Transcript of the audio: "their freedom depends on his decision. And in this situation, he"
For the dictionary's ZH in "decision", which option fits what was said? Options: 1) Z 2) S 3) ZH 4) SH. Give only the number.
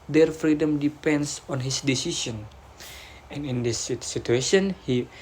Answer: 2